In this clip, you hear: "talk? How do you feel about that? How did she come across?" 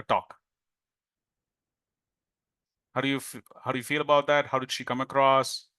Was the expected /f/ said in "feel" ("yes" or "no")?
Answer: yes